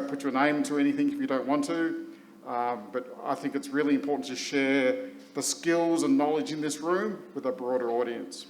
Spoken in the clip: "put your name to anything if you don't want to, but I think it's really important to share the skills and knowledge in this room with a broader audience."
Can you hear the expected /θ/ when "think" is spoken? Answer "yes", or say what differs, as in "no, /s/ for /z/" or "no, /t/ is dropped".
yes